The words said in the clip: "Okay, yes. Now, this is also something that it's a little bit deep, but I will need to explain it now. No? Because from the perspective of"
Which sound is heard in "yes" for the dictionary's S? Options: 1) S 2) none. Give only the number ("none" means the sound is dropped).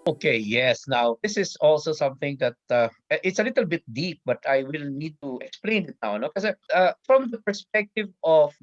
1